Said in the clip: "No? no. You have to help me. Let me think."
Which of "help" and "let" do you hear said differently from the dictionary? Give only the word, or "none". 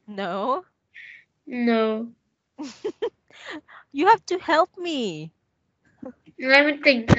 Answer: let